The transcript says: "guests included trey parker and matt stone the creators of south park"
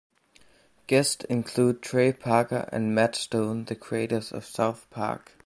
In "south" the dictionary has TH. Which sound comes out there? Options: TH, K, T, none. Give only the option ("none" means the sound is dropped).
TH